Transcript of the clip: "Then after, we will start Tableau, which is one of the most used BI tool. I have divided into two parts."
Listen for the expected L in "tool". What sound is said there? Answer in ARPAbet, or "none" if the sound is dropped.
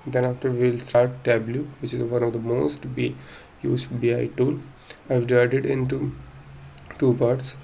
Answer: N